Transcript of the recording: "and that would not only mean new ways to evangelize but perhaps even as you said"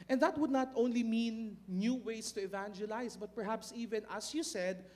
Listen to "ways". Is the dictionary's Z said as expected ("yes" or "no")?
no